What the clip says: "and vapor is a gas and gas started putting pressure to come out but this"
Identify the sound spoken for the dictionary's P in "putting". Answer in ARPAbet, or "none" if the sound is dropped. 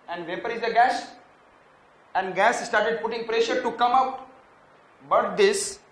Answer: P